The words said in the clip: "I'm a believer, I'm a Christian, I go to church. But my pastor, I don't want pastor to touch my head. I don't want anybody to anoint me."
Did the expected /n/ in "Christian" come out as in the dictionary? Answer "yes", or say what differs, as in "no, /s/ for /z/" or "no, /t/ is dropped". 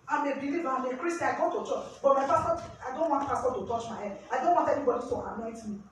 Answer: no, /n/ is dropped